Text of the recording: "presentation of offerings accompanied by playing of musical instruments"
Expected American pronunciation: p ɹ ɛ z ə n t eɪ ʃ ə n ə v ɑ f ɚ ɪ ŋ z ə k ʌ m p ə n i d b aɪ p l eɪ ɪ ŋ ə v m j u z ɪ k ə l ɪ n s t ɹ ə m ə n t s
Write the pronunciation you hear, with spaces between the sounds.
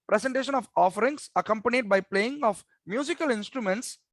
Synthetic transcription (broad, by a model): p ɹ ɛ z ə n t eɪ ʃ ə n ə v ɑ f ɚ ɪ ŋ s ə k ʌ m p ə n i d b aɪ p l eɪ ɪ ŋ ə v m j u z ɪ k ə l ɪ n s t ɹ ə m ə n t s